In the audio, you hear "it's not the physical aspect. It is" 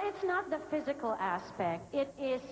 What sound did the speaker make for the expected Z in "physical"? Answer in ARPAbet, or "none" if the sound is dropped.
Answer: Z